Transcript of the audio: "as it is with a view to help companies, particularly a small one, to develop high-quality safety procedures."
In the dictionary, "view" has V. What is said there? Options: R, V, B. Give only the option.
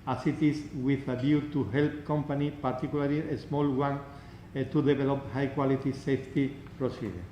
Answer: B